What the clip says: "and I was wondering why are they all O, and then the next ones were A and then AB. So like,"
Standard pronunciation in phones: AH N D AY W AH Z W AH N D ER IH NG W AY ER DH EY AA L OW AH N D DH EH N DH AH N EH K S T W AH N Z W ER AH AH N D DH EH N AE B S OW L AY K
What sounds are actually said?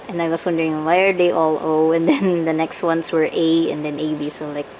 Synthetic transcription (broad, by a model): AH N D AY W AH S W AH N D ER IH NG W AY ER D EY AA L OW AH N D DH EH N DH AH N EH K S T W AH N S W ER AH AH N D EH N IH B S OW L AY K